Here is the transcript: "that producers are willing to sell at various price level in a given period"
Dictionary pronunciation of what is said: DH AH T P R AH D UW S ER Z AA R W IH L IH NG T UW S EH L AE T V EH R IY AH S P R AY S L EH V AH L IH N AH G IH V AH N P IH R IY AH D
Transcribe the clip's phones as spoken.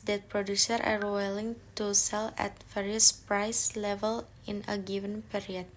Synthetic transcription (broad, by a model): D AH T P R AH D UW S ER AA R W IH L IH NG T UW S EH L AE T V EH R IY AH S P R AY S L EH V AH L IH N AH G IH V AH N P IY R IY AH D